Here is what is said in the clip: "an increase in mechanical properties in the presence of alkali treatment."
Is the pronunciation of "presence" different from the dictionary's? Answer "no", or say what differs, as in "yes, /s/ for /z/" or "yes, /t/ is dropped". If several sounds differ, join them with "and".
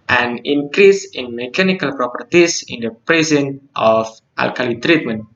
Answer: yes, /s/ is dropped